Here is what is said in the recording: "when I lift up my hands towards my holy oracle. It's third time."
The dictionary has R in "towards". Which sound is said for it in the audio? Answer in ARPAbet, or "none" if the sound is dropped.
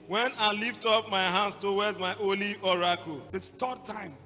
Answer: W